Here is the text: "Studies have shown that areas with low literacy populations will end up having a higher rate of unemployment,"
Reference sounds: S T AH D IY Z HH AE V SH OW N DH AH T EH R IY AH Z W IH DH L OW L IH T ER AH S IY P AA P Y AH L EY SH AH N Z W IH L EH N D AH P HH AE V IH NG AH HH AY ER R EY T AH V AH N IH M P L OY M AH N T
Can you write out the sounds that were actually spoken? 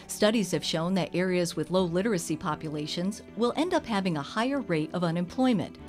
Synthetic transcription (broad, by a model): S T AH D IY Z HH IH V SH OW N DH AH T EH R IY AH Z W IH DH L OW L IH T ER AH S IY P AA P Y AH L EY SH AH N Z W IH L EH N D AH P HH AE V IH NG AH HH AY ER R EY T AH V AH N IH M P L OY M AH N T